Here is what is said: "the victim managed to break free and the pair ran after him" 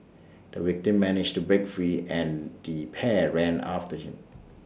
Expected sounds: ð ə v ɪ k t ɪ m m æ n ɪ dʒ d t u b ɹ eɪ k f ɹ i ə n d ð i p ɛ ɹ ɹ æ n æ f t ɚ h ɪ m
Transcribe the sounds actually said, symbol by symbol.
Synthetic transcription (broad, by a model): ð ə w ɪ k t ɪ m m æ n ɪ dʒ t u b ɹ eɪ k f ɹ i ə n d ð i p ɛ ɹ ɹ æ n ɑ f t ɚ h ɪ m